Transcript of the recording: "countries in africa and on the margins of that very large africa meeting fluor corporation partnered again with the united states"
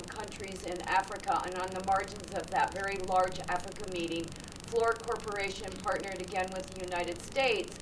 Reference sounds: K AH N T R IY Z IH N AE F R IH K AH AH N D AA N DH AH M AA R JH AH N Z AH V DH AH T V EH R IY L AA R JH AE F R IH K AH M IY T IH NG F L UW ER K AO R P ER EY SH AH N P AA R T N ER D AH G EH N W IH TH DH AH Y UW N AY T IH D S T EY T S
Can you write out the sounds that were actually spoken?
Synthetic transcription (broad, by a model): K AH N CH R IY Z IH N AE F R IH K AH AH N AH N DH AH M AA R JH AH N Z AH V DH AH T V EH R IY L AA R JH AE F R IH K AH M IY T IH NG F L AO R K AO R P ER EY SH AH N P AA R T N ER D AH G EH N W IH DH AH Y UW N AY T IH D S T EY T S